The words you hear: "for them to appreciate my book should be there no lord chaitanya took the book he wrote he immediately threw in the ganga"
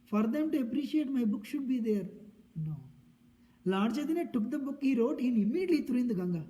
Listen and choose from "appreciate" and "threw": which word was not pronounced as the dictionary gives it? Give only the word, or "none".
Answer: threw